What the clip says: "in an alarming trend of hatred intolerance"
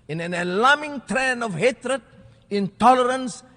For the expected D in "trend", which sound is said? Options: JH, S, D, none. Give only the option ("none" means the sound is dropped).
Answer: none